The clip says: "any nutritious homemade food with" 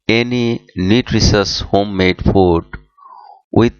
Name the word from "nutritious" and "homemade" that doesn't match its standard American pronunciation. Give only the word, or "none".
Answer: nutritious